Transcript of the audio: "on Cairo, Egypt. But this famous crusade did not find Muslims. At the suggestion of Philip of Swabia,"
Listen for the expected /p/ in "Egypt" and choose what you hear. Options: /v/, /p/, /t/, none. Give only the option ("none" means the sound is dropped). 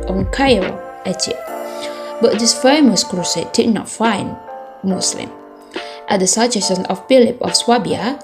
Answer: none